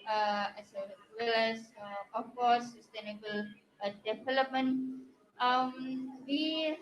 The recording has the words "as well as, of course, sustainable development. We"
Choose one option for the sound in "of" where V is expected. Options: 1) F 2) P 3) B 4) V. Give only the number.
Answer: 1